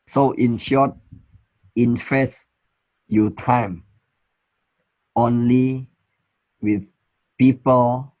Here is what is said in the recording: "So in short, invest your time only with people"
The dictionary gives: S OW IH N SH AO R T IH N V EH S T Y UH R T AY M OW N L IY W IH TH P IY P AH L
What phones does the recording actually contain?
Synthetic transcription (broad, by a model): S OW IH N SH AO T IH N F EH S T Y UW T AY M OW N L IY W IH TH P IY P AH L